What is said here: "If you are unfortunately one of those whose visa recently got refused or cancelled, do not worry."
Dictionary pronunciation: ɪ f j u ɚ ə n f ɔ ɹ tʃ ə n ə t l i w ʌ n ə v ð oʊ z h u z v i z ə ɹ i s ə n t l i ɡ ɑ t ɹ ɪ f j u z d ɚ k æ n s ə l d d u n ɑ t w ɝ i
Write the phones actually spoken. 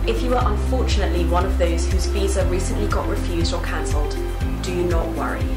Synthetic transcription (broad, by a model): ɪ f j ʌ ɚ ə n f ɔ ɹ tʃ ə n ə t l i w ʌ n ə v ð oʊ z h u z v i z ə ɹ i s ə n t l i ɡ ɑ t ɹ ɪ f j u z d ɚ k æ n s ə l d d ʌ n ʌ t w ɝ i